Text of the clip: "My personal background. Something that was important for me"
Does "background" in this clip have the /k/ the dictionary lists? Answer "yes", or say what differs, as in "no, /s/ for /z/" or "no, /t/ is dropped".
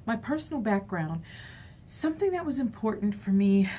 yes